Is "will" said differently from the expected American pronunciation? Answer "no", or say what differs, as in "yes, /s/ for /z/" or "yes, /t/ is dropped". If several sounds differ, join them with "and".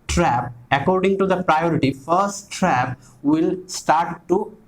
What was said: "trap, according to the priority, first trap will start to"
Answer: no